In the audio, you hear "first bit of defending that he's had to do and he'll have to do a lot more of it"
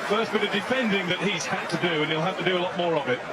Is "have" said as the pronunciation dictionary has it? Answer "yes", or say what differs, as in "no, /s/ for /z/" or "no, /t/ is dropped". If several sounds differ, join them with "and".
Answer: no, /f/ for /v/